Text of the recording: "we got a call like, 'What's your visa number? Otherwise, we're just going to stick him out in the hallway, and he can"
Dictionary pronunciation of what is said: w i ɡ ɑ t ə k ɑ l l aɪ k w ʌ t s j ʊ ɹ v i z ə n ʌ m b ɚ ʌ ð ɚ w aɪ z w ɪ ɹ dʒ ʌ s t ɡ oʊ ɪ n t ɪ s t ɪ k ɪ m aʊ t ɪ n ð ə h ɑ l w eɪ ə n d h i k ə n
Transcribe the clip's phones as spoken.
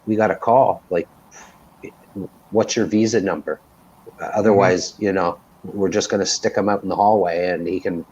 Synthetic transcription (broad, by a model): w i ɡ ɑ t ə k ɑ l l aɪ k w ʌ t s j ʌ ɹ v i z ə n ʌ m b ɚ ʌ ð ɚ w aɪ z w ɪ ɹ dʒ ʌ s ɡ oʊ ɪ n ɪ s t ɪ k ɪ m aʊ t n ð ə h ɑ l w eɪ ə n h i k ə n